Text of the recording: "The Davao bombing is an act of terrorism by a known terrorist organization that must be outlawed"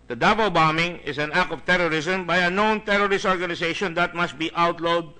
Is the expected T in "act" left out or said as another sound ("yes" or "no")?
yes